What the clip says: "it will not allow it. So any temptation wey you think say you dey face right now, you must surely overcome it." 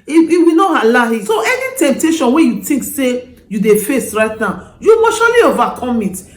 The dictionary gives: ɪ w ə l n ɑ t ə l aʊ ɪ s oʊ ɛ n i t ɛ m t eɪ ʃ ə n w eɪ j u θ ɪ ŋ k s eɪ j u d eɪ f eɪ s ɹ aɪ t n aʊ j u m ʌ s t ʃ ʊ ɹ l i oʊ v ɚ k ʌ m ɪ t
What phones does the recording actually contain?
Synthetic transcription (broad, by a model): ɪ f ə w n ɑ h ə l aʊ ɪ s oʊ ɛ n i t ɛ m t eɪ ʃ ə n w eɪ j u t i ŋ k s eɪ j u d eɪ f eɪ s ɹ aɪ t n aʊ j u m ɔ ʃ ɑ l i oʊ v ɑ k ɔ m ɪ t